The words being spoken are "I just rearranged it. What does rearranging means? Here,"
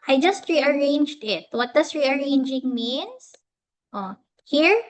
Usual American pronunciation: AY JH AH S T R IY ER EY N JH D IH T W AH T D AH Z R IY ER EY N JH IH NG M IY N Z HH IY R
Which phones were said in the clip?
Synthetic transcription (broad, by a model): AY JH AH S T R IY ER EY N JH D IH T W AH T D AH S R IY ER EY N JH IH NG M IY N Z HH IY R